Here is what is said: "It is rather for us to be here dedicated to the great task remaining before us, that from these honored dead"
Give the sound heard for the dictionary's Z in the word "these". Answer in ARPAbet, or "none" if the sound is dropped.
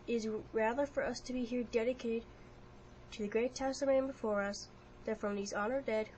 Z